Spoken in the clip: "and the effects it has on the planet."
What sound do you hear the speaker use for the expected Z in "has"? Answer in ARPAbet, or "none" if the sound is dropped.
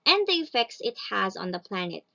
Z